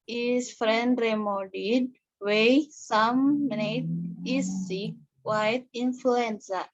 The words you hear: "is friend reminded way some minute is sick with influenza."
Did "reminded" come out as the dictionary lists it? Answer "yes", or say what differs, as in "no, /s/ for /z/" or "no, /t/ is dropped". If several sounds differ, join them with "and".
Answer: no, /n/ is dropped